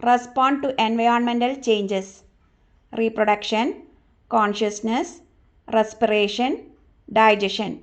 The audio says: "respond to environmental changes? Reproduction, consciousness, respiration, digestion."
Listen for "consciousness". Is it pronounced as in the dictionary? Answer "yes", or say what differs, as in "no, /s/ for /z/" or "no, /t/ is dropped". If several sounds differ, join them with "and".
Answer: yes